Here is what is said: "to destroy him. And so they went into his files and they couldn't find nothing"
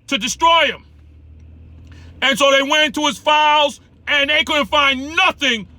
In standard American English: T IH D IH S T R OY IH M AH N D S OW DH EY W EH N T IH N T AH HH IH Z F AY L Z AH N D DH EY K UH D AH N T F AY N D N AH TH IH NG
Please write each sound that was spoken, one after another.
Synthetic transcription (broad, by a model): T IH D IH S T R OY IH M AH N S OW DH EY W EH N N T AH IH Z F AY L Z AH N DH EY K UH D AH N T F AY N N AH TH IH NG